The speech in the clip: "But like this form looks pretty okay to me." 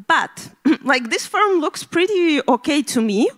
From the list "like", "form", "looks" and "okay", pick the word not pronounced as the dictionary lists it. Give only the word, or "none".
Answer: form